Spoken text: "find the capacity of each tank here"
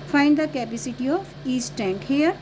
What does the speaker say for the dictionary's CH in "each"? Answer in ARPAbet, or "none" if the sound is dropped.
S